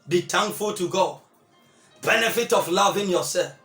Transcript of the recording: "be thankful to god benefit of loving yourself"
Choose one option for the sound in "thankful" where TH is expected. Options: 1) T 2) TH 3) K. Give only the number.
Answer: 1